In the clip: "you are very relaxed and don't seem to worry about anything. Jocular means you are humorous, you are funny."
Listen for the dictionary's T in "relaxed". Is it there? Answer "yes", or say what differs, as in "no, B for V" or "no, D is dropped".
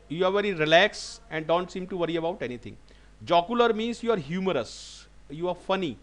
no, T is dropped